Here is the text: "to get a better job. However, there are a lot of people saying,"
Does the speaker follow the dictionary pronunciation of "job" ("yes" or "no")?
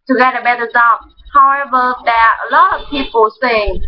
no